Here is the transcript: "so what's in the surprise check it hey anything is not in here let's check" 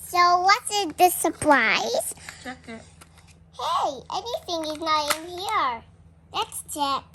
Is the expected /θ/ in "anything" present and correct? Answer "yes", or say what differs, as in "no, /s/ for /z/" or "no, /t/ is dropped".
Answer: yes